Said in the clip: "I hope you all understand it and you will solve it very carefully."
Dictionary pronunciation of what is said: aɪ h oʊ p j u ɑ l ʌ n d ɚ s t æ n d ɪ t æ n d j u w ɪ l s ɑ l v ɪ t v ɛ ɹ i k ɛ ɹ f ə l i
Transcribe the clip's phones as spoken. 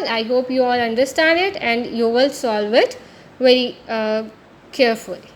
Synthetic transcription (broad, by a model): aɪ h oʊ p j u ɑ l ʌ n d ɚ s t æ n d ɪ t æ n d j u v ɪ l s ɑ l v ɪ t v ɛ ɹ i k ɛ ɹ f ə l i